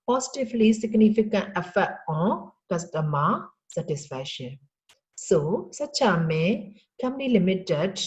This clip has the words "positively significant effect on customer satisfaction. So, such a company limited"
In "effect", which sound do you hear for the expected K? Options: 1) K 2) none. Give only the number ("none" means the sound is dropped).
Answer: 2